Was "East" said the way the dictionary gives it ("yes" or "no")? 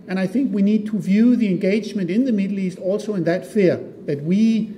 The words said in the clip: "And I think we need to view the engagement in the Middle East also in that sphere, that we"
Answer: yes